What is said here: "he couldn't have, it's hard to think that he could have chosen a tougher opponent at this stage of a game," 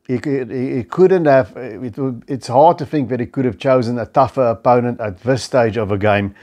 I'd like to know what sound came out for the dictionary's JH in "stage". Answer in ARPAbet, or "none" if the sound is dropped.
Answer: JH